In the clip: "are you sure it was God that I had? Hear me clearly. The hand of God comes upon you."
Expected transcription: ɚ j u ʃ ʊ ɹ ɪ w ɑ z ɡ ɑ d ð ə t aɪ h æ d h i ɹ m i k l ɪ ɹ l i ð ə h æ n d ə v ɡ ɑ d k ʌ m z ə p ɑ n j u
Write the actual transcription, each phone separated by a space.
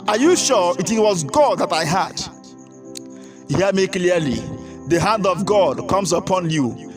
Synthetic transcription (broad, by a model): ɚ j u ʃ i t ɪ w ɑ z ɡ ɑ d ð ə t aɪ h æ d h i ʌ m i k l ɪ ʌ l i ð ə h æ n d ə v ɡ ɑ d k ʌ m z ə p ɑ n j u